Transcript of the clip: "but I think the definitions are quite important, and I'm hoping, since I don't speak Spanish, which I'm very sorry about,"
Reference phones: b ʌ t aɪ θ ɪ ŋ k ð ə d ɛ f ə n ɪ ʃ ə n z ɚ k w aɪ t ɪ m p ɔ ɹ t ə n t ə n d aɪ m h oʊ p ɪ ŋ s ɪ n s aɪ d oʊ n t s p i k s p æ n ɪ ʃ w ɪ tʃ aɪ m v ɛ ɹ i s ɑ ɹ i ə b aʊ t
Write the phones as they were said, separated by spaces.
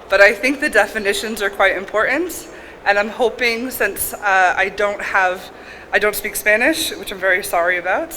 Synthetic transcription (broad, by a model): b ʌ t aɪ θ ɪ ŋ k ð ə d ɛ f ə n ɪ ʃ ə n z ɚ k w aɪ t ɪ m p ɔ ɹ t n t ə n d aɪ m h oʊ p ɪ ŋ s ɪ n s aɪ d oʊ n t s p i k s p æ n ɪ ʃ w ɪ tʃ aɪ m v ɛ ɹ i s ɑ ɹ i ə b aʊ t